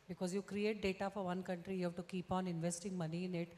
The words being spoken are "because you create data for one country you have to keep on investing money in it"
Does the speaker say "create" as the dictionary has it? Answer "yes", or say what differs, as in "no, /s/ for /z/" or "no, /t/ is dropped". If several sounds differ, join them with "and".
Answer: yes